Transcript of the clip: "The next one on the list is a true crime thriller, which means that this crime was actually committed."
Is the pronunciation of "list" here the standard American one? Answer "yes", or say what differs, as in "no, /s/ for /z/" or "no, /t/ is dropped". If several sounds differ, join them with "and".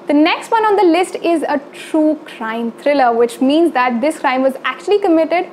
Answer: yes